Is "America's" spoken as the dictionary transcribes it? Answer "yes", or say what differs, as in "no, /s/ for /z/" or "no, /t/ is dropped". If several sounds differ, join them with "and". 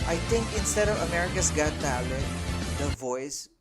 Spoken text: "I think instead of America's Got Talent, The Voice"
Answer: no, /s/ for /z/